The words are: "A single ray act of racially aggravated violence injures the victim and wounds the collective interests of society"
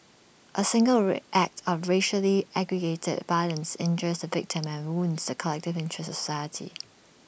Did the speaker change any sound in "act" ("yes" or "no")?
no